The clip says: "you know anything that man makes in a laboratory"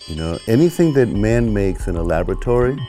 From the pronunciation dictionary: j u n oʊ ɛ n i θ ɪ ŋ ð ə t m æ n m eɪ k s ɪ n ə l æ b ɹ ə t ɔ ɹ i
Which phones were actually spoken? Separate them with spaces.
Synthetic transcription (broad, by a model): j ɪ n oʊ ɛ n i θ ɪ ŋ ð ə t m æ n m eɪ k s ɪ n ə l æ b ɹ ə t ɔ ɹ i